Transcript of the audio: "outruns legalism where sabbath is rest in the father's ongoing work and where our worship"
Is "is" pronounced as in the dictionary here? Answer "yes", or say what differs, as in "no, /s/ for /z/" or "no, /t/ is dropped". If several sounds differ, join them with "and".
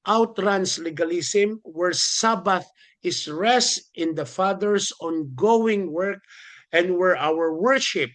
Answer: no, /s/ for /z/